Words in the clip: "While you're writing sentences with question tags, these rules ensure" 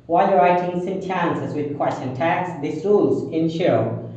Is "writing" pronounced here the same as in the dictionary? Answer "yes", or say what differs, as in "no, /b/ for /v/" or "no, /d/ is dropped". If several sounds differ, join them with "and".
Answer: yes